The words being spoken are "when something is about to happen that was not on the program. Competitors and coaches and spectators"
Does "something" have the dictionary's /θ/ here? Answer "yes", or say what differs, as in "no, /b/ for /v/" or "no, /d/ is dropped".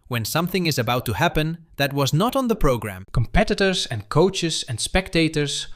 yes